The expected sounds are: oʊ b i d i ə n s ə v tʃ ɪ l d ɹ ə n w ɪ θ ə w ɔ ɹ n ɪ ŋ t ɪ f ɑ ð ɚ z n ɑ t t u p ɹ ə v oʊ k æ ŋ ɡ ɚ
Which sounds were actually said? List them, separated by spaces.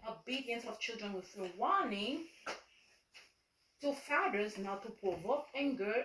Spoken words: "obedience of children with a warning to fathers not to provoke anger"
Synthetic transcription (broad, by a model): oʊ b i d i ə n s ə v tʃ ɪ l d ɹ ə n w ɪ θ ə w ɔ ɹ n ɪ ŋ t ɪ f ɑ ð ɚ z n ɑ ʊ t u p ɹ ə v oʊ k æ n ɡ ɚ